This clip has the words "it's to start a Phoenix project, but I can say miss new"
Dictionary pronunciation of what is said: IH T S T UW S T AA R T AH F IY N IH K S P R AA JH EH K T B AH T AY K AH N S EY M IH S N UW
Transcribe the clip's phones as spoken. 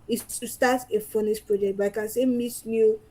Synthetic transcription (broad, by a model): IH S T UW S T AA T AH F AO N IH S P R AA JH EH K T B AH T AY K AH N S EY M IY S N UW